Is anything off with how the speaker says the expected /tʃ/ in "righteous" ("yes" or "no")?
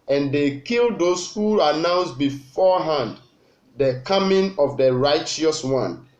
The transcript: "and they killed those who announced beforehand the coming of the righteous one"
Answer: no